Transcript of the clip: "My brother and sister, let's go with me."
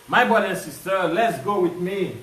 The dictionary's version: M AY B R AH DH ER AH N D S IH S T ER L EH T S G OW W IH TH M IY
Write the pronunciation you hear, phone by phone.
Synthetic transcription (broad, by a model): M AY B AO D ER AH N S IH S T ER L EH T S G OW W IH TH M IY